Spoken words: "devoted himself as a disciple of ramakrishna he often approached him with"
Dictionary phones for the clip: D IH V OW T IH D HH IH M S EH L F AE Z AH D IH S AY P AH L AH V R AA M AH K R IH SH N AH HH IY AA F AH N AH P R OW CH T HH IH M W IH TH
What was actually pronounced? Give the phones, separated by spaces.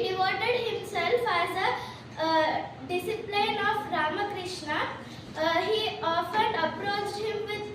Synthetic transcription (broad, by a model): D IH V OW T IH D HH IH M S EH L F AE Z AH D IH S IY P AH N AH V R AA M AH K R IH SH N AH HH IY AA F AH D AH P R OW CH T HH IH M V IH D